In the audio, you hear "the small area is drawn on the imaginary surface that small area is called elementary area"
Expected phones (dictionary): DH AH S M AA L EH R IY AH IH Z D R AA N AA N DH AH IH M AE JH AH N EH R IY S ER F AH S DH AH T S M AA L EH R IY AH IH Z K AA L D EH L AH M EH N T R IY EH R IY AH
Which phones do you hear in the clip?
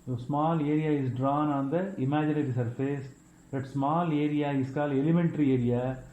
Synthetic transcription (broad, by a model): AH S M AA L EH R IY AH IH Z D R AA N AA N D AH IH M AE JH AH N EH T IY S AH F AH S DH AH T S M AA L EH R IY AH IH S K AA L EH L AH M EH N T R IY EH R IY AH